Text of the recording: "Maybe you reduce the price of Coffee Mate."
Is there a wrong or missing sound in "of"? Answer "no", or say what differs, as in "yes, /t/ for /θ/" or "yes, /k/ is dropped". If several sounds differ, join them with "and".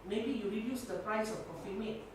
yes, /f/ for /v/